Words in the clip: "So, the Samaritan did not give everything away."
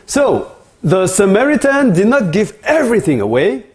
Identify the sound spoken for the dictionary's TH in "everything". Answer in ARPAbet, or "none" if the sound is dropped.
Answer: TH